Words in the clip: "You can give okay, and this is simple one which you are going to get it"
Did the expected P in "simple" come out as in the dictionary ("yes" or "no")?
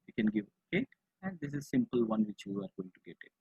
yes